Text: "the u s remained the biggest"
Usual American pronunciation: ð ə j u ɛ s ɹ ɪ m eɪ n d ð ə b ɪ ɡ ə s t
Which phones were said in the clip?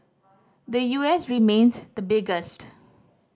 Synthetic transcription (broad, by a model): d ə j u ɛ s ɹ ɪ m eɪ n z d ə b ɪ ɡ ə s t